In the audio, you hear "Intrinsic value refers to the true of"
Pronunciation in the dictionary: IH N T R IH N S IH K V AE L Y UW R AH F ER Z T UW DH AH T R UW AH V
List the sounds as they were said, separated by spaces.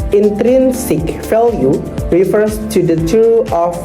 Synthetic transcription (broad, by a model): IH N T R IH N S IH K F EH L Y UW R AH F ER S T UW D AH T UW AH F